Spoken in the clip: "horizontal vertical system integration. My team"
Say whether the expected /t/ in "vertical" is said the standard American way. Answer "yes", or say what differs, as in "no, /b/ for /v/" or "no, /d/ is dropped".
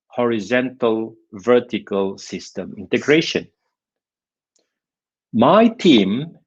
yes